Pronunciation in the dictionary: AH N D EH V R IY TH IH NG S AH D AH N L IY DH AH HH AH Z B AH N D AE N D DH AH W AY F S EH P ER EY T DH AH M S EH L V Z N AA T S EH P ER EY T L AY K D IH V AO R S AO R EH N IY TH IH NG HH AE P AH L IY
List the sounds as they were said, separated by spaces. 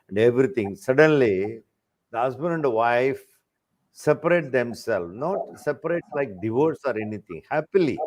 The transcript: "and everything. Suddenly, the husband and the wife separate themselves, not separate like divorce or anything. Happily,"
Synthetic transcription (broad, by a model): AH N D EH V R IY T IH NG S AH D AH N L IY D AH HH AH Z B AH N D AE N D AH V AY F S EH P ER EY T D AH M S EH L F N AA T S EH P ER EY T L AY K D IH V AO R S AO R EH N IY T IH NG HH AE P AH L IY